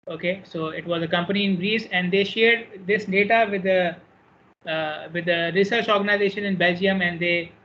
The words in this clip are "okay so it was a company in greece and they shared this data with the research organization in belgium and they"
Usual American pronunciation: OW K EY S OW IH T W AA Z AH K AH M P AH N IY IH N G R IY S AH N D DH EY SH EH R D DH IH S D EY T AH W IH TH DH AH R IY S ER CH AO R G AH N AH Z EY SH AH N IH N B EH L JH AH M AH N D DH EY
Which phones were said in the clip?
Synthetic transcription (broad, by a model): OW K EY S OW IH T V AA Z AH K AH M P AH N IY IH N G R IY S AH N D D EY SH EH R D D IH S D EY T AH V IH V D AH R IY S ER CH AO R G AH N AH Z EY SH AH N IH N B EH L JH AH M AH N D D EY